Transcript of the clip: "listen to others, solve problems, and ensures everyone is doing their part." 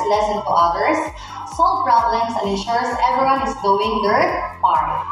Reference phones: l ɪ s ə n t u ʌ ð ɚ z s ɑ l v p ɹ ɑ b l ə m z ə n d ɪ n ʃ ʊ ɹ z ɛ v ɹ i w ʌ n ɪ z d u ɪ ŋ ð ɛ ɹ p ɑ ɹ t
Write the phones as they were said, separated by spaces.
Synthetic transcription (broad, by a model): l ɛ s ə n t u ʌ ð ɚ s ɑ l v p ɹ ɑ b l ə m s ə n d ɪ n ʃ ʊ ɹ s ɛ v ɹ i w ʌ n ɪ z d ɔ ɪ ŋ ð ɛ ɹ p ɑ ɹ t